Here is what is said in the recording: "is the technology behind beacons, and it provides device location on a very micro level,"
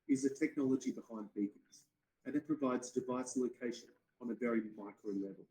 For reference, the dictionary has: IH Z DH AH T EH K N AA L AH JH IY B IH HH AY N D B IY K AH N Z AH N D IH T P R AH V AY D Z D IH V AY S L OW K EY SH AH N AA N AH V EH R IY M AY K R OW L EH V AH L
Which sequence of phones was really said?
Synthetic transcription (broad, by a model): IH Z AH T EH K N AA L AH JH IY B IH HH AY N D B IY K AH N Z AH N IH T P R AH V AY D Z D IH V AY S L OW K EY SH AH N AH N AH V EH R IY M AY K R OW L EH V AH L